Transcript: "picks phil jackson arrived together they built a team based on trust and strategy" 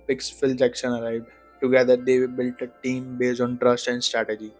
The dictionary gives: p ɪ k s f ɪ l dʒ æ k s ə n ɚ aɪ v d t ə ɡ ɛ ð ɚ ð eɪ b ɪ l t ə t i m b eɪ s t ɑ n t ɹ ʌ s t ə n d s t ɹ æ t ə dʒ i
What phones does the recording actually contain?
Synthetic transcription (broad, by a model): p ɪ k s f ɪ l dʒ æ k ʃ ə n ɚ aɪ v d t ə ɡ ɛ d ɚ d eɪ b ɪ l t ə t i m b eɪ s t ɑ n t ɹ ʌ s t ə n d s t ɹ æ t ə dʒ i